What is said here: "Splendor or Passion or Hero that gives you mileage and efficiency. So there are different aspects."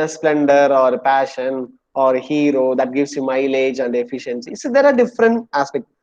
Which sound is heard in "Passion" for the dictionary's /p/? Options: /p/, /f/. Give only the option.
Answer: /p/